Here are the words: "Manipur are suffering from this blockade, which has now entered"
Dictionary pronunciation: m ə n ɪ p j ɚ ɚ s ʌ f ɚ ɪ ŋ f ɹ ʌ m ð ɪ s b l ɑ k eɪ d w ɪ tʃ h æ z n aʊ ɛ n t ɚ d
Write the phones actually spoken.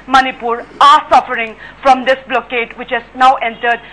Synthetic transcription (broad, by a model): m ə n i p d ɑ s ʌ f ɚ ɪ ŋ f ɹ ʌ m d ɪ s b l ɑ k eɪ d w ɪ tʃ h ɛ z n aʊ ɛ n t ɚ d